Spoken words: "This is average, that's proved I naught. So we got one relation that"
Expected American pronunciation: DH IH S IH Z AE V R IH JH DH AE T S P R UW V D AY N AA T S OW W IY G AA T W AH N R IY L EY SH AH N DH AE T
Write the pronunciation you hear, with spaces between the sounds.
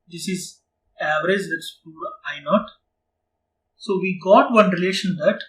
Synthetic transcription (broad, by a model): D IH S IH Z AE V R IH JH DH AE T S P UW D AY N AA T S OW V IY G AA T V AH N R IY L EY SH AH N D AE T